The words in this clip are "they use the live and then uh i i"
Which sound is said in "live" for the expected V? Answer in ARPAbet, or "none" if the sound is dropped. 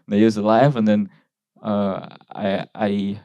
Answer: V